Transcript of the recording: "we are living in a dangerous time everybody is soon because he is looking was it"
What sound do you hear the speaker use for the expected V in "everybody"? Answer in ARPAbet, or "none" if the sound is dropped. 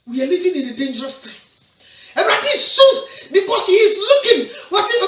B